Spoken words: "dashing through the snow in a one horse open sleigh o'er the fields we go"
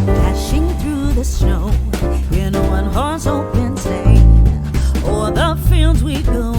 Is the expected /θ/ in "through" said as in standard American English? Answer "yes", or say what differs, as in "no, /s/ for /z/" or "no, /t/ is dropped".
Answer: yes